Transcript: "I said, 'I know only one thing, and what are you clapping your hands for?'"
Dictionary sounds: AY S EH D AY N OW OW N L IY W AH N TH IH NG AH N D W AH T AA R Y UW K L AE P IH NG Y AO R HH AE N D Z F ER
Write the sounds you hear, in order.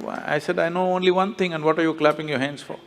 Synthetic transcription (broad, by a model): AY S EH D AY N OW OW N L IY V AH N T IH NG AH N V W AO T AA R Y UW K L AE P IH NG Y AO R HH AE N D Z F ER